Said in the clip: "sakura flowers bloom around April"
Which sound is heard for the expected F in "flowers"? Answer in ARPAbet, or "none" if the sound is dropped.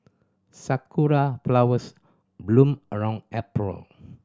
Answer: P